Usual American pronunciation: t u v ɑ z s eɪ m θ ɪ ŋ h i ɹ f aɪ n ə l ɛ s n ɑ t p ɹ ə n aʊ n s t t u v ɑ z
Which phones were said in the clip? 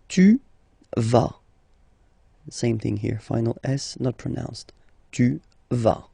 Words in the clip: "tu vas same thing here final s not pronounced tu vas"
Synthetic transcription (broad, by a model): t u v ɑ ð s eɪ m θ ɪ ŋ h i ɹ f aɪ n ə l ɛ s n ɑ t p ɹ ə n aʊ n s t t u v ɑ